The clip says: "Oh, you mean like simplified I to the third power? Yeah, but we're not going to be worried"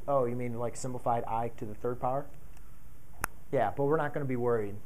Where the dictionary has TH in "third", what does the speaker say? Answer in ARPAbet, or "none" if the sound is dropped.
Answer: TH